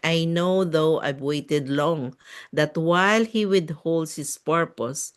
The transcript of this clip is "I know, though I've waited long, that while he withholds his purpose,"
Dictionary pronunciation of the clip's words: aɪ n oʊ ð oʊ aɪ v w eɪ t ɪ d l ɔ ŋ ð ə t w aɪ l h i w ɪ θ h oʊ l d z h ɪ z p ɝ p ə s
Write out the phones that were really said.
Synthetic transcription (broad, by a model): aɪ n oʊ ð oʊ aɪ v w eɪ t ɪ d l ɔ ŋ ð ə t w aɪ l h i w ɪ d h oʊ l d h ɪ s p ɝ p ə s